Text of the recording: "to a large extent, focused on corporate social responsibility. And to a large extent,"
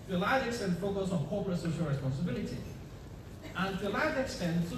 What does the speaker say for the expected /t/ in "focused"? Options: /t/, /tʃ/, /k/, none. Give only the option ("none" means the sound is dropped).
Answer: none